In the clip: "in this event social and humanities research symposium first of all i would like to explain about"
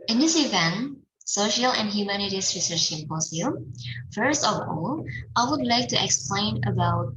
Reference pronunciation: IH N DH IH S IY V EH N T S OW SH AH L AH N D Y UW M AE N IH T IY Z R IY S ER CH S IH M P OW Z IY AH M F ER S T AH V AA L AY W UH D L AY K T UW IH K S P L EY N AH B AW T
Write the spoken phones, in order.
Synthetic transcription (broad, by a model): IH N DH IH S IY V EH N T S OW SH AH L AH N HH Y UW M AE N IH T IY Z R IY S ER CH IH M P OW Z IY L F ER S T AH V AA L AY W UH D L AY K T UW IH K S P L EY N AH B AW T